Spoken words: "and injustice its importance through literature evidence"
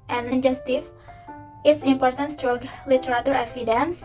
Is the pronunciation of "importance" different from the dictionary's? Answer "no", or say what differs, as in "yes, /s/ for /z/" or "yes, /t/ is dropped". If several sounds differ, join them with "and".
no